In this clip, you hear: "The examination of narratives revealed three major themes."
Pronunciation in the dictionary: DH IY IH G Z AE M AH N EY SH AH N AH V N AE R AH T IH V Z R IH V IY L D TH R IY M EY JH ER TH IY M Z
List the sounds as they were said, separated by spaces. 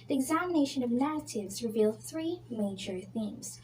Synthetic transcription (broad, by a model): DH IY IH G Z AE M AH N EY SH AH N AH V N AE R AH T IH V Z R IH V IY L D TH R IY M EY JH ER TH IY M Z